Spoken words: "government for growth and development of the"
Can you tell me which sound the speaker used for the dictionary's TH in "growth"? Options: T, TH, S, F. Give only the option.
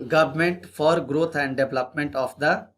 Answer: T